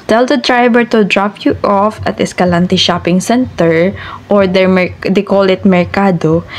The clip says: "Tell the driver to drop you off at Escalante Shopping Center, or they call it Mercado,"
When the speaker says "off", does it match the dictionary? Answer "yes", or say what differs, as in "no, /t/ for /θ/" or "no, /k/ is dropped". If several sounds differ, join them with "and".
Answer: yes